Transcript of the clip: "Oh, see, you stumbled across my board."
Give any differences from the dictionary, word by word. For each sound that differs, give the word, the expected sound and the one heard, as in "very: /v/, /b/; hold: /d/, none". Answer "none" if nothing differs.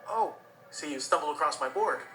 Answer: stumbled: /d/, none